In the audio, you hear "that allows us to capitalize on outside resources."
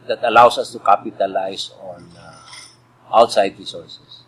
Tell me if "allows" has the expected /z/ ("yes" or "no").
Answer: no